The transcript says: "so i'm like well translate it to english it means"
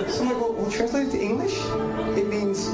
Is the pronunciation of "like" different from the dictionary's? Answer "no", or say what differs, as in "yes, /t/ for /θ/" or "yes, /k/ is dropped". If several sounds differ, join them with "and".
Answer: yes, /w/ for /l/